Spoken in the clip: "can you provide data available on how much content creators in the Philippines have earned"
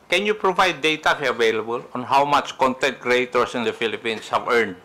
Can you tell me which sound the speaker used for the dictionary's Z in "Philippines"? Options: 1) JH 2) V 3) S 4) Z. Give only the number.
3